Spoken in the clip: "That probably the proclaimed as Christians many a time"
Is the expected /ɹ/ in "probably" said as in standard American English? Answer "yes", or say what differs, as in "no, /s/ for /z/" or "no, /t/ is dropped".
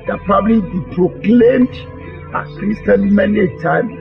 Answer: yes